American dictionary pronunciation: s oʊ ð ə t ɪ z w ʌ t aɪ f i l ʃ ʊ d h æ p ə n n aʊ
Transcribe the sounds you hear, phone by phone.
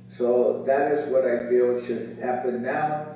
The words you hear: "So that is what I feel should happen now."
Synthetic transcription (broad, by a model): s oʊ ð ə t ɪ z w ʌ t aɪ f i l ʃ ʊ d h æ p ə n n aʊ